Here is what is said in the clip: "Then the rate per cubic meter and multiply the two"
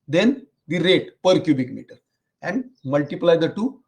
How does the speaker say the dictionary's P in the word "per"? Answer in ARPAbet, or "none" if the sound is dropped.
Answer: P